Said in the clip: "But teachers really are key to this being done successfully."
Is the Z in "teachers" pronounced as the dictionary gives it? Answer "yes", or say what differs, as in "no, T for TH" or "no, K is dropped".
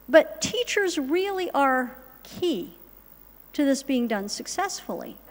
yes